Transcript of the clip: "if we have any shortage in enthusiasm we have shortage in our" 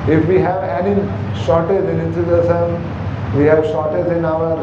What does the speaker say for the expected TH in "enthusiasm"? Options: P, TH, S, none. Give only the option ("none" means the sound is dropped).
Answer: S